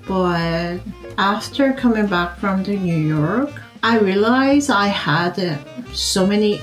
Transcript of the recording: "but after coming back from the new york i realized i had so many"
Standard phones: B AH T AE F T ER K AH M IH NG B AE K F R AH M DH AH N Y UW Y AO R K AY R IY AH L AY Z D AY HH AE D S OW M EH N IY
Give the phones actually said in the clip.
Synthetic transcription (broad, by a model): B AH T AE F T ER K AH M IH NG B AE K F R AH M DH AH N Y UW Y AO R K AY R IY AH L AY Z AY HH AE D S OW M EH N IY